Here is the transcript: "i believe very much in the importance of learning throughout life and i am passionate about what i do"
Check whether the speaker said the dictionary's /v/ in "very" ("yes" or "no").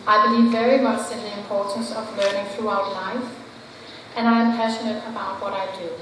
yes